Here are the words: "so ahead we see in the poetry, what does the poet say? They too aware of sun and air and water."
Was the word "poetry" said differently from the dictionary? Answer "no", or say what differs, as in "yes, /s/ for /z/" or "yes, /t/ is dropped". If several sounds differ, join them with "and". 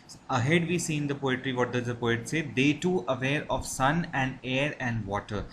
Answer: no